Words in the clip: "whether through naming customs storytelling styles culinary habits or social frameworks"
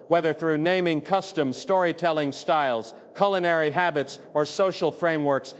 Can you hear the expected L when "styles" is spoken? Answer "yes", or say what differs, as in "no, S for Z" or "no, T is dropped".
yes